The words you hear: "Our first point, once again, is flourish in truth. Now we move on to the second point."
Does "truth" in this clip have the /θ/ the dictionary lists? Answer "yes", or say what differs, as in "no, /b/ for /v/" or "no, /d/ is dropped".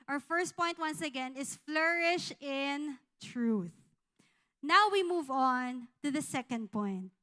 yes